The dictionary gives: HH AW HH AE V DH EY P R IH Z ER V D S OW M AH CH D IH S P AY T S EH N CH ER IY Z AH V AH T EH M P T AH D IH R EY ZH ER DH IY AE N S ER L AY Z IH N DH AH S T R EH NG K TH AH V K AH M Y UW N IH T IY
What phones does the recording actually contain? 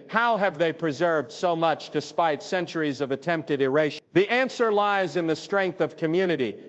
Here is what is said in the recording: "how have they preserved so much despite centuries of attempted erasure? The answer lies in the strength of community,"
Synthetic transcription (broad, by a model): HH AW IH V DH EY P R IH Z ER V D S OW M AH CH D IH S P AY T S EH N CH ER IY Z AH V AH T EH M P T AH D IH R EY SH DH IY AE N S ER L AY Z IH N DH AH S T R EH NG K TH AH V K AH M Y UW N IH T IY